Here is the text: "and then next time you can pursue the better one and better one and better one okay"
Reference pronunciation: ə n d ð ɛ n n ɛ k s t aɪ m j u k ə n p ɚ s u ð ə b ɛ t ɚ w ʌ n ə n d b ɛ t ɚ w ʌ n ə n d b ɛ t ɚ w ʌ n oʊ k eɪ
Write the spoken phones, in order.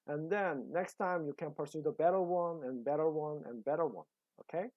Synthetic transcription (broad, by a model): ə n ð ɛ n n ɛ k s t aɪ m j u k ə n p ɚ s u ð ə b ɛ t ɚ w ʌ n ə n b ɛ t ɚ w ʌ n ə n b ɛ t ɚ w ʌ n oʊ k eɪ